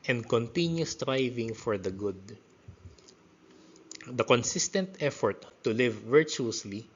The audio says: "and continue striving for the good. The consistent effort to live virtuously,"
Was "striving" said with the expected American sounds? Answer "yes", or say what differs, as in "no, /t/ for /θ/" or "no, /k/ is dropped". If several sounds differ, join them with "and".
yes